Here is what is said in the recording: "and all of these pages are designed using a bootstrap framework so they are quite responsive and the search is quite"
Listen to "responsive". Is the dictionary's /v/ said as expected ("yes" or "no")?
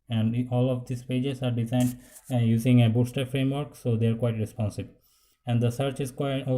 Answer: no